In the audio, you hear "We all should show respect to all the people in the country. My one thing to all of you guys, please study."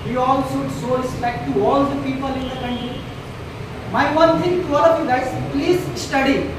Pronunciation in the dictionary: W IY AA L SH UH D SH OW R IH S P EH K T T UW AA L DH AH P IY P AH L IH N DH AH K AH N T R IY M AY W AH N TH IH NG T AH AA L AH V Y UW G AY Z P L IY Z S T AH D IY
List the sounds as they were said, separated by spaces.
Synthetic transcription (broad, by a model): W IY AA L S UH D S OW R IH S P EH K T T UW AA L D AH P IY P AH L IH N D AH K AH N T R IY M AY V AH N T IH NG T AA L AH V Y UW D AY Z P L IY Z S T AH D IY